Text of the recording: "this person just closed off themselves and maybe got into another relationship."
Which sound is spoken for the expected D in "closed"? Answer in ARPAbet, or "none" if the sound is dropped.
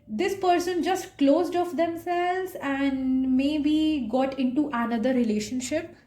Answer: D